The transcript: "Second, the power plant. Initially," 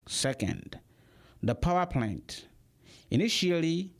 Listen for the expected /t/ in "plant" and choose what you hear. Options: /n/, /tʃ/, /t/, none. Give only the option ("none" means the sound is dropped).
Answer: /t/